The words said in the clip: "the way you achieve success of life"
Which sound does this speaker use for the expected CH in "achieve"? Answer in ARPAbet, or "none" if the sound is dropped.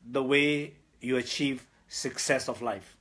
CH